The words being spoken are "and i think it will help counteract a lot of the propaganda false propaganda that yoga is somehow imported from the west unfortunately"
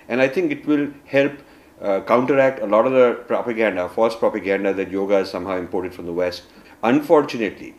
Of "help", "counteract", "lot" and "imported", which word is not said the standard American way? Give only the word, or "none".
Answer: none